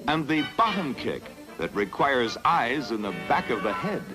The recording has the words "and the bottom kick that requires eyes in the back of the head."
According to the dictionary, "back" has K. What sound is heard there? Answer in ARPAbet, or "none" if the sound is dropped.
K